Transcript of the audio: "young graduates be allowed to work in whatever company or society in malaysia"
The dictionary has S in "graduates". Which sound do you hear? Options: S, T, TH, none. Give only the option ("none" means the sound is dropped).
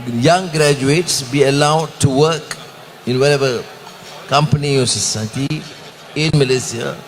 S